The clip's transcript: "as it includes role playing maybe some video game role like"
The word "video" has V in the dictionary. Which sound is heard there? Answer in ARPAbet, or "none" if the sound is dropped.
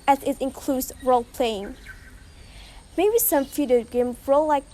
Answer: F